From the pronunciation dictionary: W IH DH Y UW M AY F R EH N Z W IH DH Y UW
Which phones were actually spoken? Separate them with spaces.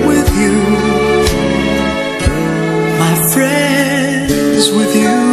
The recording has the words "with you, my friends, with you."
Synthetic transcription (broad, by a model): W IH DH Y UW M AY F R EH N Z W IH DH Y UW